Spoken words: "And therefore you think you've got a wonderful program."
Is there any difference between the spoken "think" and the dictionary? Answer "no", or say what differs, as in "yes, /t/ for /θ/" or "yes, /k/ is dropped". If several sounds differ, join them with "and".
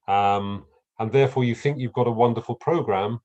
no